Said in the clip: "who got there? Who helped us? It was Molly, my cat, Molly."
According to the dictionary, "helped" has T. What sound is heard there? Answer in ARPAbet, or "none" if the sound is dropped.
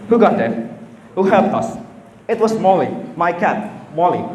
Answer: none